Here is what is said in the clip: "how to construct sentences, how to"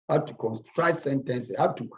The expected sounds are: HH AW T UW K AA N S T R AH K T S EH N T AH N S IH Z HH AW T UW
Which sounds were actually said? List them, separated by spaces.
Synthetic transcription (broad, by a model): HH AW T UW K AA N S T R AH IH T S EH N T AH N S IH HH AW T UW